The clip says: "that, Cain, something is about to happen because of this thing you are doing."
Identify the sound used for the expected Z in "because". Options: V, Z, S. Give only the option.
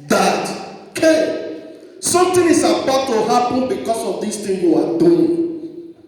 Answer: S